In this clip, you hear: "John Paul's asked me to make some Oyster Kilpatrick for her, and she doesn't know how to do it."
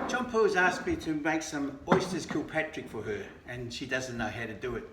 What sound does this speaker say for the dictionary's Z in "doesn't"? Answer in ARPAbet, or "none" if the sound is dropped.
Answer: Z